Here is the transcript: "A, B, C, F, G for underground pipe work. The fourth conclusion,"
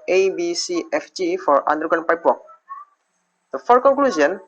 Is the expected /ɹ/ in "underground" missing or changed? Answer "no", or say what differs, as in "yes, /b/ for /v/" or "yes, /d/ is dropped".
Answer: yes, /ɹ/ is dropped